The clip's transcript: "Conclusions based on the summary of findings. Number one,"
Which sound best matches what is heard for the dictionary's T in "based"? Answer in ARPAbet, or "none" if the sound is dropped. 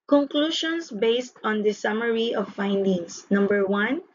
T